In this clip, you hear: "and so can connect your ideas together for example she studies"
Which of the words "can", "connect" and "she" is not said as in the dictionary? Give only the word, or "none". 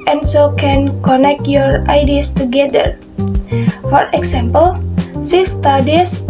she